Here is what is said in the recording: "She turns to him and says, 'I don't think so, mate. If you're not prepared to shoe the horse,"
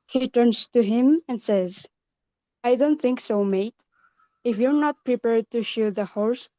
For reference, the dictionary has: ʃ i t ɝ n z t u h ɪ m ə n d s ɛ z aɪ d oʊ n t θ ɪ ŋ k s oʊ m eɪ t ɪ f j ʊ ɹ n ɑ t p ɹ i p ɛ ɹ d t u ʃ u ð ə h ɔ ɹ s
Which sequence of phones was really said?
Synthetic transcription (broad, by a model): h i t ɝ n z t u h ɪ m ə n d s ɛ z aɪ d oʊ n t θ ɪ ŋ k s oʊ m eɪ t ɪ f j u ɹ n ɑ t p ɹ i p ɛ ɹ d t u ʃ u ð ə h ɔ ɹ s